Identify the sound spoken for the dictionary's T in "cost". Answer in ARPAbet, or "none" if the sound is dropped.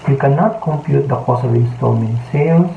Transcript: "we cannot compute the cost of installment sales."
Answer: none